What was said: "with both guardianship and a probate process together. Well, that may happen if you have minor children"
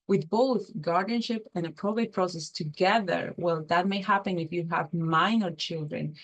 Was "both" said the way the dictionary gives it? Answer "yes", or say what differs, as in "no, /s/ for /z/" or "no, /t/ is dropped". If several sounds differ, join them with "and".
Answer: yes